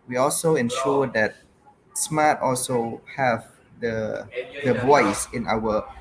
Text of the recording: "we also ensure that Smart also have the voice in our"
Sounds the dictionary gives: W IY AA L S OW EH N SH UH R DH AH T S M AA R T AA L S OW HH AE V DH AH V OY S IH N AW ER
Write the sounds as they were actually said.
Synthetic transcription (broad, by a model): W IY AA L S OW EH N SH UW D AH T S M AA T AA L S OW HH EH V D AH B OY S IH N AW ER